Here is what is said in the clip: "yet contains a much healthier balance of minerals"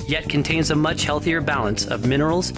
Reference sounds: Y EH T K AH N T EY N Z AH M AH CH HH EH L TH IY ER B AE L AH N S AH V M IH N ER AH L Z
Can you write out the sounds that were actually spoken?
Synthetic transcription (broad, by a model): Y EH T K AH N T EY N Z AH M AH CH HH EH L TH IY ER B AE L AH N S AH V M IH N ER L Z